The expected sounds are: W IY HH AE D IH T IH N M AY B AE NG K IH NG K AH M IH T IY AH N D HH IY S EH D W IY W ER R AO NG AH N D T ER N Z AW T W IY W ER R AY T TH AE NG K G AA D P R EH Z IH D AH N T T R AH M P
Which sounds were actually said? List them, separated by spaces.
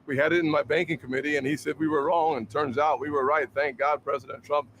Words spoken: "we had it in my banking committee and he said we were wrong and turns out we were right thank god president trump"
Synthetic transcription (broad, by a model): W IY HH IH D IH T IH N M AY B AE NG K IH NG K AH M IH T IY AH N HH IY S EH D W IY W ER R AO NG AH N T ER N Z AW T W IY W ER R AY T TH AE NG K G AA D P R EH Z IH D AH N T T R AH M P